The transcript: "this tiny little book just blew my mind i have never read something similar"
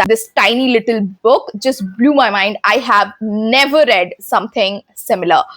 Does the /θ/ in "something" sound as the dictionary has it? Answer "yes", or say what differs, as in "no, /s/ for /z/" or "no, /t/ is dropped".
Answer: no, /t/ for /θ/